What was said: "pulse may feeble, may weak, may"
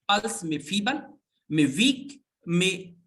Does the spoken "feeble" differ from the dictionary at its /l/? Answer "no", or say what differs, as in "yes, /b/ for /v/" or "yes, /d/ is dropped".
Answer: yes, /n/ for /l/